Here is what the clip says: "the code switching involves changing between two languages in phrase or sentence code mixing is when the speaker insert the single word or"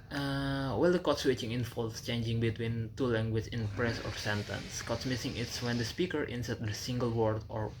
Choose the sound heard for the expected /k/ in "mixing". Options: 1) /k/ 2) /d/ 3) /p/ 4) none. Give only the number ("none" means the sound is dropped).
4